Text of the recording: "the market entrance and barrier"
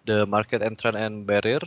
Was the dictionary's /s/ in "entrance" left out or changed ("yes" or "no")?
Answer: yes